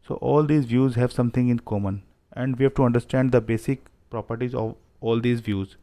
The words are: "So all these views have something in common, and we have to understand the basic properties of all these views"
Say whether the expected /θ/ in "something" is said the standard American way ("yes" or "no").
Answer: no